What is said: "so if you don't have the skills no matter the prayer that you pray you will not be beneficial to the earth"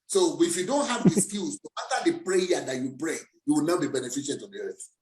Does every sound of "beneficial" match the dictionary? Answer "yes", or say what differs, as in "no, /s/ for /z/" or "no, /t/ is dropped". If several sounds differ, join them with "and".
no, /n/ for /l/